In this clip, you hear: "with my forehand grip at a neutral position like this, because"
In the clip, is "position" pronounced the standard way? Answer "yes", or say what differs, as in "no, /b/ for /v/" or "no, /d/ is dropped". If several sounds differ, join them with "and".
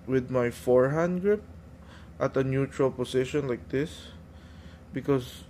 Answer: no, /s/ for /z/